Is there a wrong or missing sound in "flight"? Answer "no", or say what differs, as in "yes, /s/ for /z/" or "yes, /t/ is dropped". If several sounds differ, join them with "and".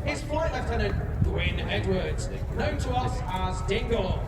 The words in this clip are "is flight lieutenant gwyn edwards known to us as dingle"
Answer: yes, /l/ is dropped